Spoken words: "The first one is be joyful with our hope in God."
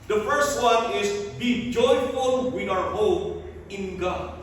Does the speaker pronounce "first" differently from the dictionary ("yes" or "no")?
no